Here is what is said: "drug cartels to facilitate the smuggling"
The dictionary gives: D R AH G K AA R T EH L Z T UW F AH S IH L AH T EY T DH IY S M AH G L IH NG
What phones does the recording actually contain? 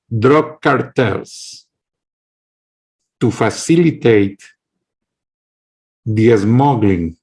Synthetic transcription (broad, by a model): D R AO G K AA R T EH L S T UW F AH S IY L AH T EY T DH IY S M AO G L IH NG